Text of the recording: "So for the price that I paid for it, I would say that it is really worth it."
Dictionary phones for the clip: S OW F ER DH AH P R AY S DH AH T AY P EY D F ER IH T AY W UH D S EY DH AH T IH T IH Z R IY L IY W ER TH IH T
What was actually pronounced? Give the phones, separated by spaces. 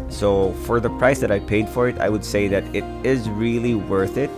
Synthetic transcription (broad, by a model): S OW F ER DH AH P R AY S DH AH T AY P EY D F ER IH T AY W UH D S EY DH AH T IH T IH Z R IY L IY W ER TH IH T